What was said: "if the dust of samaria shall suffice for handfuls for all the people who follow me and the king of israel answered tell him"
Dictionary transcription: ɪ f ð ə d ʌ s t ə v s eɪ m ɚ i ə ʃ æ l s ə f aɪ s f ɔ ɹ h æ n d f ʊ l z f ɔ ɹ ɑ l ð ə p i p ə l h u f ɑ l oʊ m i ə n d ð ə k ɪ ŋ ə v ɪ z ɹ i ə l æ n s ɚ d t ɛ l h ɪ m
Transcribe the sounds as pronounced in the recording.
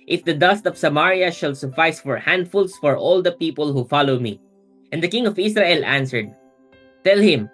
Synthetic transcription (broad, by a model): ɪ f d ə d ʌ s t ə v s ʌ m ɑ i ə ʃ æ l s ə f aɪ s f ɔ ɹ h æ n d f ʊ l s f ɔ ɹ ɑ l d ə p i p ə l h u f ɑ l oʊ m i ə n d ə k ɪ ŋ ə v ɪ s ɹ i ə l æ n s ɚ d t ɛ l h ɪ m